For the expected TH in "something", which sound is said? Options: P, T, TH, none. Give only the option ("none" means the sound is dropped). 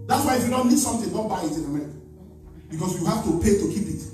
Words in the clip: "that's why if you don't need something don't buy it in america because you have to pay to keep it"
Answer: T